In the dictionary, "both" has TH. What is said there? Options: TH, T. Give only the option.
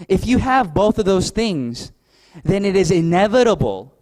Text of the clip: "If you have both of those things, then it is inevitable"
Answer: TH